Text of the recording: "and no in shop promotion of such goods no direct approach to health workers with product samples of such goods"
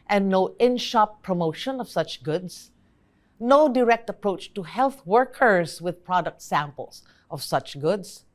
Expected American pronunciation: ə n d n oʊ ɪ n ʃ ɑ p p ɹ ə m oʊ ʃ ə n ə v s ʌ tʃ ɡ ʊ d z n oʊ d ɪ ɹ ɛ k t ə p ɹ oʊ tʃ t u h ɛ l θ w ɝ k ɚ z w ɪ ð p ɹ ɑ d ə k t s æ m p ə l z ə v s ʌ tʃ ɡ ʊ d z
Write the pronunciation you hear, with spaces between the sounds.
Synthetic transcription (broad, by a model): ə n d n oʊ ɪ n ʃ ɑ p p ɹ ə m oʊ ʃ ə n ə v s ʌ tʃ ɡ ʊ d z n oʊ d ɪ ɹ ɛ k t ə p ɹ oʊ tʃ t u h ɛ l θ w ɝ k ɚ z w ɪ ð p ɹ ɑ d ə k t s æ m p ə l s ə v s ʌ tʃ ɡ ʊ d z